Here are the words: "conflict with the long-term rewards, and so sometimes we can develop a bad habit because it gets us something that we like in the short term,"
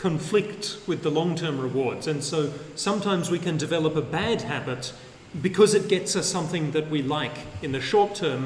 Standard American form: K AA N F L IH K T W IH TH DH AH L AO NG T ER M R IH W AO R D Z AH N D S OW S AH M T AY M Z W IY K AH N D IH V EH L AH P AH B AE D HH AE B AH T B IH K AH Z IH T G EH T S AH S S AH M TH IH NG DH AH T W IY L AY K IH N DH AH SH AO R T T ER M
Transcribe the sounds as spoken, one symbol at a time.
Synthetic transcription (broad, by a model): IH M F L IH K T W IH DH AH L AO NG T ER M R IH W AO R D Z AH N S OW S AH M T AY M Z W IY K AH N D IH V EH L AH P AH B AE D HH AE B AH T B IH K AH Z IH T G EH T S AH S S AH M TH IH NG DH AH T W IY L AY K IH N DH AH SH AO R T T ER M